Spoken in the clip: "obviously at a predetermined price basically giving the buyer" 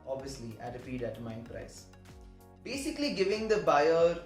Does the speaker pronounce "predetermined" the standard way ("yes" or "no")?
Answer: no